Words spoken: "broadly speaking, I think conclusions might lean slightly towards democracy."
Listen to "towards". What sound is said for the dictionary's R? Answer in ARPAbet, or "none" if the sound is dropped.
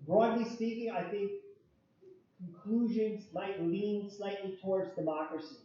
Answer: R